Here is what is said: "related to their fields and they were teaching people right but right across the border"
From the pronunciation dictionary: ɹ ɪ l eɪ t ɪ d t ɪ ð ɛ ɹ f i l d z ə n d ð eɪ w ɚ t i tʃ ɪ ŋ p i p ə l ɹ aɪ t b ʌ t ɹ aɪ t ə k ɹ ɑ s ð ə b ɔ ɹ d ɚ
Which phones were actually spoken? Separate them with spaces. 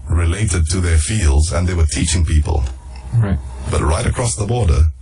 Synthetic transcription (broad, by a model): ɹ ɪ l eɪ t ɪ d t ɪ ð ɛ ɹ f i l d z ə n ð eɪ w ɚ t i tʃ ɪ ŋ p i p ə l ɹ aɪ b ʌ t ɹ aɪ t ə k ɹ ɑ s ð ə b ɔ ɹ d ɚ